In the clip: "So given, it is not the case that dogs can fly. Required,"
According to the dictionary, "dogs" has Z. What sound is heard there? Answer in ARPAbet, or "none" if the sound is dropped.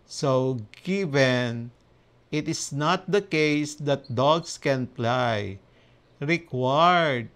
S